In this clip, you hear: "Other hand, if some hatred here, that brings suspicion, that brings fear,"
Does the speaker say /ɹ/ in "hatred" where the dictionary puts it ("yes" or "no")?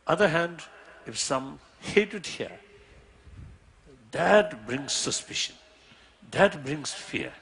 no